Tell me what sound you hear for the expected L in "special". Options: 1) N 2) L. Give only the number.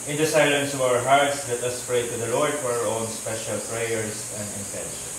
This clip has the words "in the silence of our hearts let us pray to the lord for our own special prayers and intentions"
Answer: 2